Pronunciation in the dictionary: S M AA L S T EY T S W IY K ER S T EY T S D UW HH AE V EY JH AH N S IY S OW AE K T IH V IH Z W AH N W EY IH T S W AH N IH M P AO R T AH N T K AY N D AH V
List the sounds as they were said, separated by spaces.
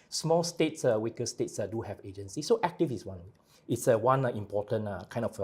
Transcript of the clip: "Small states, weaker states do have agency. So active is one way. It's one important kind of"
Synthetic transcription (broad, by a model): S M AA L S T EY T S W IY K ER S T EY T S D UW HH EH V EY JH AH N S IY S OW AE K T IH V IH S W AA N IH T S W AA N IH M P AO T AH N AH K AY N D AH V